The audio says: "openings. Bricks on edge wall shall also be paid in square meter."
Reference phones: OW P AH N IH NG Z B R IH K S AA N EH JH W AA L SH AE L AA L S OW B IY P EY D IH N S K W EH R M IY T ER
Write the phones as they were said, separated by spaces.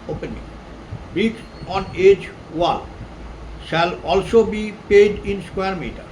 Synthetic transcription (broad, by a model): OW P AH N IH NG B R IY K AA N EH JH W AA L SH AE L AA L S OW B IY P EY D IH N S K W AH R M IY T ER